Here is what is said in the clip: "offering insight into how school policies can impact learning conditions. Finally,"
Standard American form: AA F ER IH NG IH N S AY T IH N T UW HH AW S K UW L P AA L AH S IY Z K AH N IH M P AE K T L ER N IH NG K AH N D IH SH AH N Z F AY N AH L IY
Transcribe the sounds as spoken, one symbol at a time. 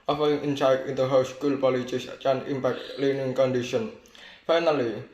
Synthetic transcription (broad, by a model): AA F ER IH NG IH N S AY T IH N T UW HH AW S K UW L P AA L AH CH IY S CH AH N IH M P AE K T L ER N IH NG K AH N D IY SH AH N F AY N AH L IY